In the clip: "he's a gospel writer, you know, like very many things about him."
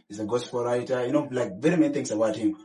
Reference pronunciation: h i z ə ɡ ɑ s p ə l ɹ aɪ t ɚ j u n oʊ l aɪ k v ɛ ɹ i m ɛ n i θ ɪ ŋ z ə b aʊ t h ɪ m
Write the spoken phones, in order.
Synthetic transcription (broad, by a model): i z ə ɡ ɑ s f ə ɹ aɪ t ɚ j u n oʊ l aɪ k v ɛ ɹ i m ɛ n i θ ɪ ŋ s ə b aʊ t h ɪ m